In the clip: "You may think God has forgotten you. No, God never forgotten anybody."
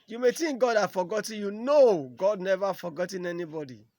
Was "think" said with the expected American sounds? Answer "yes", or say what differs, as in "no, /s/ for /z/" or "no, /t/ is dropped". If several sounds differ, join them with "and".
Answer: no, /t/ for /θ/